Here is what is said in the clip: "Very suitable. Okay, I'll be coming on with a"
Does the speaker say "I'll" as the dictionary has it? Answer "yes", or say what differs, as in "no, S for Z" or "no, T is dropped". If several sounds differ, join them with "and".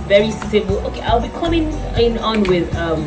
yes